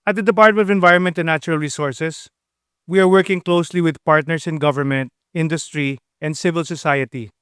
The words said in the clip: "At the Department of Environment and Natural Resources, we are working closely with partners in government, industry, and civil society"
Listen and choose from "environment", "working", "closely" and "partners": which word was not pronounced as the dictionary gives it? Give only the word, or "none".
partners